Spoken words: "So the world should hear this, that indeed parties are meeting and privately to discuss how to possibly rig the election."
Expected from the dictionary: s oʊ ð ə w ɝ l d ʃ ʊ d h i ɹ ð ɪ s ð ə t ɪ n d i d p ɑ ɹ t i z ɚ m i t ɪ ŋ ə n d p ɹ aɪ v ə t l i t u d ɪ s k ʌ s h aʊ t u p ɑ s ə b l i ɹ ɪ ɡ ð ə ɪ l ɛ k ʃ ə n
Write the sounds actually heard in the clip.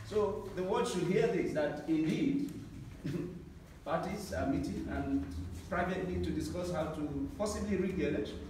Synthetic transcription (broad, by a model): s oʊ ð ə w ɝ d ʃ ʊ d h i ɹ ð ɪ s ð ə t ɪ n d i d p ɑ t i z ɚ m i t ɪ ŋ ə n p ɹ aɪ v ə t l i t u d ɪ s k ʌ s h aʊ t u p ɑ s ə b l i ɹ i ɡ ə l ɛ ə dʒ